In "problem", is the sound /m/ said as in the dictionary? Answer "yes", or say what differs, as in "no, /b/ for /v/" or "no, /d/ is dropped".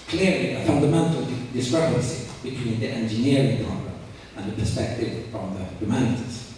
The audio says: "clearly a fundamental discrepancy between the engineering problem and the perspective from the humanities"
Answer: no, /m/ is dropped